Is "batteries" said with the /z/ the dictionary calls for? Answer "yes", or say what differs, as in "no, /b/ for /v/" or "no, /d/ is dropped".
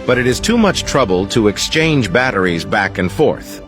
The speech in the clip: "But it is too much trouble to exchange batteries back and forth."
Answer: yes